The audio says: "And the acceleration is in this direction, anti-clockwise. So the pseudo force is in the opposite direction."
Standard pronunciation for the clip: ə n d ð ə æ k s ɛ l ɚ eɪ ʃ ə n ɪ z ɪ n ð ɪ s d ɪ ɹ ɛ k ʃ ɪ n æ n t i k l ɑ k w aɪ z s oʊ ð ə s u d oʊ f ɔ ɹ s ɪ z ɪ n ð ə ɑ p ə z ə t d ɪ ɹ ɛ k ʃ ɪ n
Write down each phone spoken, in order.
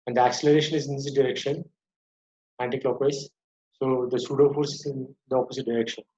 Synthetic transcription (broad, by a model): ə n d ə æ k s ɛ l ɚ eɪ ʃ ə n ɪ z ɪ n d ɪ s d ɪ ɹ ɛ k ʃ ɪ n æ n t i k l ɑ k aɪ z s oʊ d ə s u d oʊ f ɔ ɹ s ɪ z ɪ n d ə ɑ p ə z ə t d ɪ ɹ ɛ k ʃ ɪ n